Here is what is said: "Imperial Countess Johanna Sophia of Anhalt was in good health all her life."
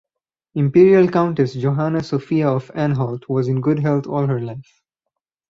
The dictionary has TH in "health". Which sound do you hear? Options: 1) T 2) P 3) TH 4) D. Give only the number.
1